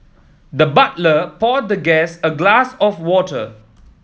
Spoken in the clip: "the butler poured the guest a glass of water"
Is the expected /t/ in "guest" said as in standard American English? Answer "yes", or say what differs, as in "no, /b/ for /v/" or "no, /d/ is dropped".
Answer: no, /t/ is dropped